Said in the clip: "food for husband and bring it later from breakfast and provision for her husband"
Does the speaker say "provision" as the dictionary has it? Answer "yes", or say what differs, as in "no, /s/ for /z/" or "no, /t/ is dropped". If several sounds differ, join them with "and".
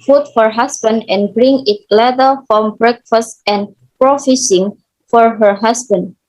no, /f/ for /v/ and /s/ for /ʒ/